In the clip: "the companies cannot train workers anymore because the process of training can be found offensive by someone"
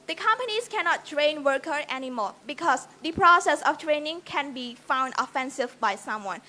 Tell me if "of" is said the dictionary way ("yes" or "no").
no